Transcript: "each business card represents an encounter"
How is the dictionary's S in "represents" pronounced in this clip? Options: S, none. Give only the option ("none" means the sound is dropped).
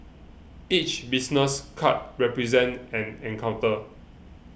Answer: none